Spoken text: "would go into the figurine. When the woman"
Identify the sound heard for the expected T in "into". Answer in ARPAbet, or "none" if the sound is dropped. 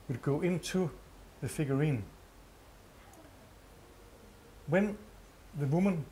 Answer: S